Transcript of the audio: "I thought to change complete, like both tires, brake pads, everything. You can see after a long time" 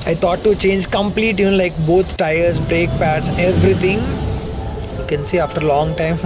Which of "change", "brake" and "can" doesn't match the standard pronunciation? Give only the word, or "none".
none